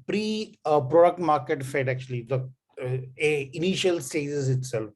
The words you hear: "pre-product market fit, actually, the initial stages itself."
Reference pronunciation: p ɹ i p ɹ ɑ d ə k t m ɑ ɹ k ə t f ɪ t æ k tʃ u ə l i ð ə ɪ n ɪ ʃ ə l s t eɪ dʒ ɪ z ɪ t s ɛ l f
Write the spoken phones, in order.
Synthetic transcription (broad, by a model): p ɹ i p ɹ ɑ d ə k t m ɑ ɹ k ə t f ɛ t æ k tʃ u ə l i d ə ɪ n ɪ ʃ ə l s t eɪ z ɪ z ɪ t s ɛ l f